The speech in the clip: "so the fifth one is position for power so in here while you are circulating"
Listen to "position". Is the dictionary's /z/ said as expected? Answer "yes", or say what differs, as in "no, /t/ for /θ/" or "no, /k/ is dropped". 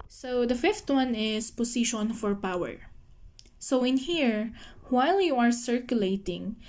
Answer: no, /s/ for /z/